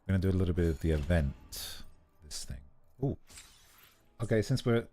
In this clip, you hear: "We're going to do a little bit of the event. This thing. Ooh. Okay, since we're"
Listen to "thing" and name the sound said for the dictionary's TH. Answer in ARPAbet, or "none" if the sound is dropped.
TH